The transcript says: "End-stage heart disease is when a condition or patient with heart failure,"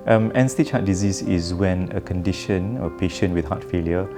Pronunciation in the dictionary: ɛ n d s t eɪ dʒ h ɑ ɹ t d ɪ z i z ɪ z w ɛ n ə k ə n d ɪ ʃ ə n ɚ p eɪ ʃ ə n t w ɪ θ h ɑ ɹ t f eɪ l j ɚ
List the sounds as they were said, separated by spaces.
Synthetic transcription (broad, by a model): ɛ n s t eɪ tʃ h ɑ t d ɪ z i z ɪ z w ɛ n ə k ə n d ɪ ʃ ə n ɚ p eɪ ʃ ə n w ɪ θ h ɑ t f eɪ l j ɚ